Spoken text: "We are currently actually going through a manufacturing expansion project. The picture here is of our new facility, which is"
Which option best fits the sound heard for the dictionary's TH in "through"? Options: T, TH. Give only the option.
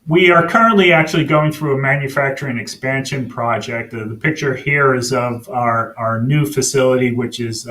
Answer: TH